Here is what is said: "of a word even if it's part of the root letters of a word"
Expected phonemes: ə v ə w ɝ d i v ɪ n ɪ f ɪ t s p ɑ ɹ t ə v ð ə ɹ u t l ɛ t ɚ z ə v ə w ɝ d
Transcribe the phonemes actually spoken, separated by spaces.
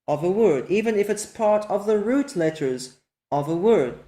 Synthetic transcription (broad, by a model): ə v ə w ɝ d i v ɪ n ɪ f ɪ t s p ɑ ɹ t ə v ð ə ɹ u t l ɛ t ɚ z ə v ə w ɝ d